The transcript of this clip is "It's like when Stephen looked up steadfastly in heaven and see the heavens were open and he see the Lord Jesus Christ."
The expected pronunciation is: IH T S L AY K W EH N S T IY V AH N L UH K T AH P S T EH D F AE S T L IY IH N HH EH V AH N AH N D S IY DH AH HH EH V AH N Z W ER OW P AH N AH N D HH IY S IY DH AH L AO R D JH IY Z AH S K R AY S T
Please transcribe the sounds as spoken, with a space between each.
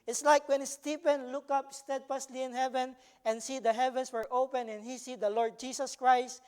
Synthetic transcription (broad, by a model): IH T S L AY K W EH N S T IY P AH N L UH K AH P S T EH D F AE S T L IY IH N HH EH V AH N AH N S IY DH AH HH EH V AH N S W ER OW P AH N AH N HH IY S IY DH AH L AO R D JH IY S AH S K R AY S T